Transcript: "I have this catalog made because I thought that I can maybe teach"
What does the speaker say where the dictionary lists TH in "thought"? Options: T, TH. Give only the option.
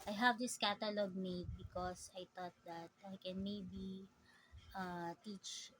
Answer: T